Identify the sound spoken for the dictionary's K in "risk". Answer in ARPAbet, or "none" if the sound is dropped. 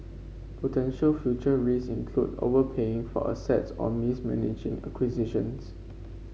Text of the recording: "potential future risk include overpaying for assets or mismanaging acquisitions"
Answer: none